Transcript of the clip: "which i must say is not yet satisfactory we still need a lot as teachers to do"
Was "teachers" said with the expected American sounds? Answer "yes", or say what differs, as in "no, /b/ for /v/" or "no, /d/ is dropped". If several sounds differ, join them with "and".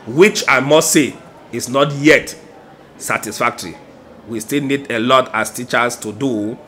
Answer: no, /s/ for /z/